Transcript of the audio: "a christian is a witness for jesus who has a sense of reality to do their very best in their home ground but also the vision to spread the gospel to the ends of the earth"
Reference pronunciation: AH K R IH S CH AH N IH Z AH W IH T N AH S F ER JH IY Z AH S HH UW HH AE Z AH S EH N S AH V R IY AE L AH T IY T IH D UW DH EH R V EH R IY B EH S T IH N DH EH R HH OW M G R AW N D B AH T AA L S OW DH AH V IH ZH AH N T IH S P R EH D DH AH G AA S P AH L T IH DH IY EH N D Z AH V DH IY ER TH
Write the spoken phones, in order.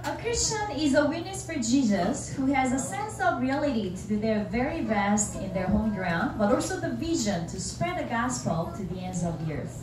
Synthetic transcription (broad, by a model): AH K R IH S CH AH N IH Z AH W IH T N AH S F ER JH IY Z AH S HH UW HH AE Z AH S EH N S AH V R IY AE L AH T IY T IH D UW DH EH R V EH R IY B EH S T IH N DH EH R HH OW M G R AW N D B AH T AA L S OW DH AH V IH ZH AH N T IH S P R EH D DH AH G AA S P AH L T IH DH IY EH N D Z AH V DH IY ER TH